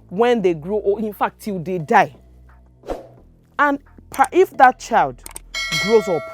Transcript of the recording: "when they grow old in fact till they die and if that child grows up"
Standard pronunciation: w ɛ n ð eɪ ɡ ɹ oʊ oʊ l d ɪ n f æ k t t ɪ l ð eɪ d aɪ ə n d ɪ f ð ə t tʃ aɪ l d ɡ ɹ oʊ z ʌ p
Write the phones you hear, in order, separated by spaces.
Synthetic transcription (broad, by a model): w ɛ n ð eɪ ɡ ɹ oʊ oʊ ɪ n f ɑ k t t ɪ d eɪ d aɪ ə n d ɪ f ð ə t tʃ aɪ l d ɡ ɹ oʊ z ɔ p